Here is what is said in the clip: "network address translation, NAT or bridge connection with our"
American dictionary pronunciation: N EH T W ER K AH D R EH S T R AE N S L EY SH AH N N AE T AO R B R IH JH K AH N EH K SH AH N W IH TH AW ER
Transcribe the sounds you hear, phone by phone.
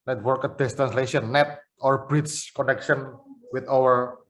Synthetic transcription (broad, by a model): N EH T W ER K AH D EH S T R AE N S L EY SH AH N N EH T AO R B R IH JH K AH N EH K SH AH N W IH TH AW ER